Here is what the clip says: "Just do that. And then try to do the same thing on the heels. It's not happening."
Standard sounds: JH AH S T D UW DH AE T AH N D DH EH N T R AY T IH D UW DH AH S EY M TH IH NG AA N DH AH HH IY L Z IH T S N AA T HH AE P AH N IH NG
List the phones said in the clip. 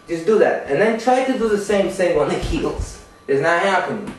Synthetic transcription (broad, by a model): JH AH S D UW DH AE T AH N DH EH N T R AY T IH D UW DH AH S EY M S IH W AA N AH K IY L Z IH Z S N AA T HH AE P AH N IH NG